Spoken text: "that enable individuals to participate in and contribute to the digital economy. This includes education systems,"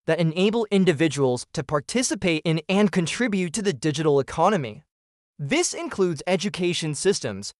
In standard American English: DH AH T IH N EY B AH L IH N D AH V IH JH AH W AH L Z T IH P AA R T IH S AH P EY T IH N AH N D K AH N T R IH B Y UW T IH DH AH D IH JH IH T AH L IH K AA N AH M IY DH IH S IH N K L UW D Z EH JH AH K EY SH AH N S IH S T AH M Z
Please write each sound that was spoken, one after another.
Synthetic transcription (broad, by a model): DH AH T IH N EY B L IH N D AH V IH JH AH W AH L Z T IH P AA R T IH S AH P EY T IH N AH N K AH N T R IH B Y UW T IH DH AH D IH JH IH T L IH K AA N AH M IY DH IH S IH N K L UW D Z EH JH AH K EY SH AH N S IH S T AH M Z